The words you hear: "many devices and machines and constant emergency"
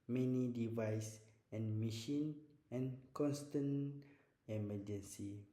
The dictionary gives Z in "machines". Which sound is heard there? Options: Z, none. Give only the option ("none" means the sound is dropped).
none